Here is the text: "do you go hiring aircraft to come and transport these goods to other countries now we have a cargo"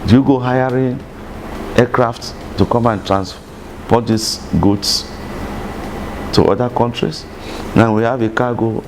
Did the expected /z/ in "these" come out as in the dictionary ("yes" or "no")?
no